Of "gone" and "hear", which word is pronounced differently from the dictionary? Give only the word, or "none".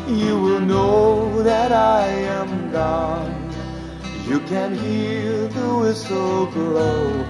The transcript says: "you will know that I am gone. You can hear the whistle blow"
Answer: hear